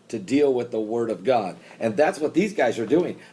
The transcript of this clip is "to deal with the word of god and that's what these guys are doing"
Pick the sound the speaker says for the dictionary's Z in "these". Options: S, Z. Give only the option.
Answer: Z